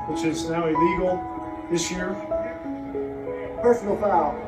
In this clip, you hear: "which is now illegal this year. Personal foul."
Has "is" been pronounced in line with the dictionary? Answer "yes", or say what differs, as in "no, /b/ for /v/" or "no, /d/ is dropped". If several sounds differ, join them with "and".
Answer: yes